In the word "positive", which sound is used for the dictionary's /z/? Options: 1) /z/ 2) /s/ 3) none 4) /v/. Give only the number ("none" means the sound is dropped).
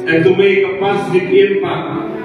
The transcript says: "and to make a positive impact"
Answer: 2